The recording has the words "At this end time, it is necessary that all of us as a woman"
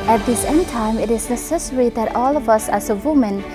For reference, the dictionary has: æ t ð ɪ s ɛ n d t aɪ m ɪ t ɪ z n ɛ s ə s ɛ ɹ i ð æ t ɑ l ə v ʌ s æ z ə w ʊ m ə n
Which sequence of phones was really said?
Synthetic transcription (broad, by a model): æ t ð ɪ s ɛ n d t aɪ m ɪ t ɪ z n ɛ s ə s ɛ ɹ i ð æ t ɑ l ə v ʌ s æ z ə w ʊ m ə n